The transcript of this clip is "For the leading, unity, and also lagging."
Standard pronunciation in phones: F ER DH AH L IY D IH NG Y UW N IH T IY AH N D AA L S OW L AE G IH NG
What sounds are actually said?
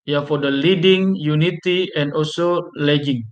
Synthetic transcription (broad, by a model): F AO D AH L IY D IH NG Y UW N IH T IY AH N D AA L S OW L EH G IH NG